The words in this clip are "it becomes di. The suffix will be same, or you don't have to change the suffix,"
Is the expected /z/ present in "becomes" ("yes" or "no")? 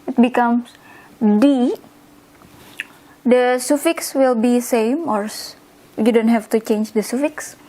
no